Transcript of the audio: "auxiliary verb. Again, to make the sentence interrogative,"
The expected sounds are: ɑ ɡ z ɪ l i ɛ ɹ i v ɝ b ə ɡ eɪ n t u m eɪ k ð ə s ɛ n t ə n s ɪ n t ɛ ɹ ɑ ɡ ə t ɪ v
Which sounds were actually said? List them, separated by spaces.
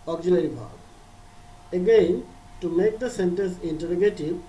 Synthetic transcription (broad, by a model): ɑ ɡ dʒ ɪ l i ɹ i b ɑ ə ɡ eɪ n t u m eɪ k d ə s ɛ n t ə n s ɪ n t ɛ ɹ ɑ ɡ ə t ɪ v